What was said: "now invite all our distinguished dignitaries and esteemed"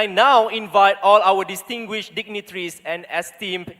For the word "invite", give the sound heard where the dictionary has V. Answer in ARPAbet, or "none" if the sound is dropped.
V